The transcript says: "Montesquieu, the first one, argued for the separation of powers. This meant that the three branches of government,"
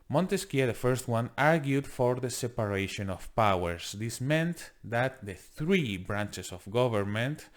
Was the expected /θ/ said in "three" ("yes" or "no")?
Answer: yes